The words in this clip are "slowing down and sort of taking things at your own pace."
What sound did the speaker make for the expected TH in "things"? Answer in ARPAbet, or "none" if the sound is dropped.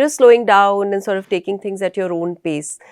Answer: T